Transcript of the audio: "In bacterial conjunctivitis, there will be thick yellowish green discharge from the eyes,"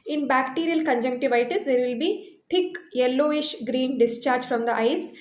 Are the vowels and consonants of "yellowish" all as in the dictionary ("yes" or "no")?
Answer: yes